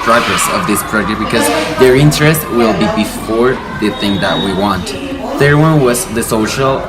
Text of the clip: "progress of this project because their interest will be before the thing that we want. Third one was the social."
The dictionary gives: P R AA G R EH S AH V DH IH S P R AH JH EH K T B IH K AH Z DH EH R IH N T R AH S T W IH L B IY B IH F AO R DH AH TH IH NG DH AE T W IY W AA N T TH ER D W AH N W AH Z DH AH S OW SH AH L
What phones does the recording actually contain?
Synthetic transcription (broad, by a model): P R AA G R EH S AH V DH IH S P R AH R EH T B IH K AH Z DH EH R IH N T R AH S T W IH L B IY B IH F AO R DH AH TH IH NG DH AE T W IY W AA N T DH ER W AH N W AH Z DH AH S OW SH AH L